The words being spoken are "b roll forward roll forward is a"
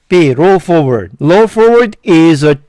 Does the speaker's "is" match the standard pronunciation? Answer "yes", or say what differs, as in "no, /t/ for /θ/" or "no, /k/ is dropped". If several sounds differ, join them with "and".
yes